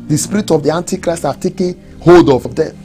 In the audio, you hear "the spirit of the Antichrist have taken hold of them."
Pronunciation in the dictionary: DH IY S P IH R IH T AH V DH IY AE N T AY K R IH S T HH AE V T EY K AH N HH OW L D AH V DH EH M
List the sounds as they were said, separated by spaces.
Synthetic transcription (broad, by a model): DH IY S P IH R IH T AH V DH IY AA N T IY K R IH S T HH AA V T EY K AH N HH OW D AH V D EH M